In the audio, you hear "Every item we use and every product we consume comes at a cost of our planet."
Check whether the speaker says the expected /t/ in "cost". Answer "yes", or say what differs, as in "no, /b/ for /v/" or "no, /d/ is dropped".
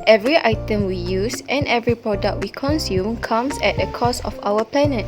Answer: no, /t/ is dropped